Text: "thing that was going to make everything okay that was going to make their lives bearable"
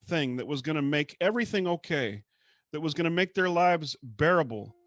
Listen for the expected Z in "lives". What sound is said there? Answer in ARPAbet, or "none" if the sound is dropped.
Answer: Z